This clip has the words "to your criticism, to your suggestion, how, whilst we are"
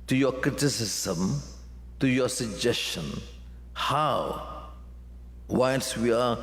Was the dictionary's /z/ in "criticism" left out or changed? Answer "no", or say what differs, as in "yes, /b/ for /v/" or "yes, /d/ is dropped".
yes, /s/ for /z/